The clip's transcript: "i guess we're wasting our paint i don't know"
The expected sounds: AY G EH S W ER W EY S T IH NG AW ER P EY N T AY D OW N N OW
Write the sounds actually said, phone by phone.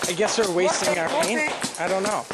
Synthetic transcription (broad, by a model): AY G EH S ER W EY S T IH NG AW ER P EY N AY D OW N N OW